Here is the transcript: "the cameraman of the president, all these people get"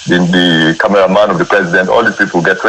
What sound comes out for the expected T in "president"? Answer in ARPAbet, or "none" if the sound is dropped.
T